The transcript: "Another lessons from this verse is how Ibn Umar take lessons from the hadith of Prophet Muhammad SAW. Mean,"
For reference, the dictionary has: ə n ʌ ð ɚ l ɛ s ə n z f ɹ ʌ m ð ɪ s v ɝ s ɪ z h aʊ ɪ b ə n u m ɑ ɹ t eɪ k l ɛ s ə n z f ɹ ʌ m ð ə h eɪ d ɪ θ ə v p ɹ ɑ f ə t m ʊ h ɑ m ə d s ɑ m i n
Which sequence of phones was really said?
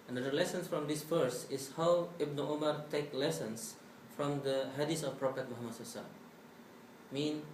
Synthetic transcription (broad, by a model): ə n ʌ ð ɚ l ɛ s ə n s f ɹ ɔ m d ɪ s f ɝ s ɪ s h aʊ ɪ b n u m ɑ ɹ t eɪ k l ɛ s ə n s f ɹ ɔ m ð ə h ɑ d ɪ s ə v p ɹ ɑ f ə t m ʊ h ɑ m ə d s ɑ m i n